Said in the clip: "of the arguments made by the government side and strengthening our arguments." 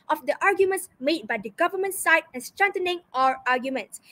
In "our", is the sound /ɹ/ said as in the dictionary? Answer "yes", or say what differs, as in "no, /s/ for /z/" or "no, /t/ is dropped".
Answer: yes